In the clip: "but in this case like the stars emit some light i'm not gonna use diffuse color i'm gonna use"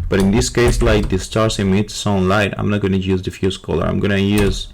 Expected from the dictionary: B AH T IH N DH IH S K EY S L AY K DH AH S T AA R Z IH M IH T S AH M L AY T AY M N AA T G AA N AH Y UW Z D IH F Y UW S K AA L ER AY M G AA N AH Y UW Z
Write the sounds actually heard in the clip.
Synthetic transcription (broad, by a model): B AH T IH N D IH S K EY S L AY K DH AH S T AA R S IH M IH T S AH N L AY T AY M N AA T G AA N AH Y UW Z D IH F Y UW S K AA L ER AY M G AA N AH Y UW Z